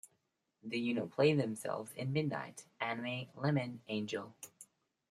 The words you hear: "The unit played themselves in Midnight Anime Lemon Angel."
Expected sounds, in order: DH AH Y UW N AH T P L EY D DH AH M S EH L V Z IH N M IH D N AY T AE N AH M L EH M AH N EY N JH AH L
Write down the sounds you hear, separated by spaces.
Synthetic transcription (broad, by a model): DH AH Y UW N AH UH P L EY DH AH M S EH L V Z IH N M IH D N AY T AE N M L EH M AH N EY N JH AH L